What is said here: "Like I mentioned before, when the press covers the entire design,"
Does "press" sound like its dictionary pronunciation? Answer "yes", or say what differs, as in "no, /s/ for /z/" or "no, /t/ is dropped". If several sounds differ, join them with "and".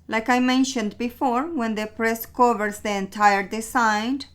yes